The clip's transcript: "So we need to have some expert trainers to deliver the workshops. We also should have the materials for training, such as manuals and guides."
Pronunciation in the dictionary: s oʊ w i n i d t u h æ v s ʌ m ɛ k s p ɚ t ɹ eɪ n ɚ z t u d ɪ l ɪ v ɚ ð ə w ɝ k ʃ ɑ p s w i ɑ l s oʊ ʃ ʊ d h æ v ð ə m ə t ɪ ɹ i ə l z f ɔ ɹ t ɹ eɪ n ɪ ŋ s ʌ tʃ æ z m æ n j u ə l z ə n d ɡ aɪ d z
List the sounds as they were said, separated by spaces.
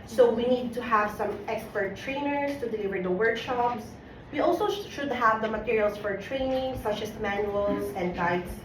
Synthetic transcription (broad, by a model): s oʊ w i n i d t u h æ v s ʌ m ɛ k s p ɚ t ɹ eɪ n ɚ s t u d ɪ l ɪ v ɚ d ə w ɝ k ʃ ɑ p s w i ɑ l s oʊ ʃ ʊ d h æ v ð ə m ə t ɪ ɹ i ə l s f ɔ ɹ t ɹ eɪ n ɪ ŋ s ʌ tʃ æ s m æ n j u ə l s ə n d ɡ aɪ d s